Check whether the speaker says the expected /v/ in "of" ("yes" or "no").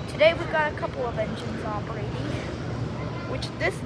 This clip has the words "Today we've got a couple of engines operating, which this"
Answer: yes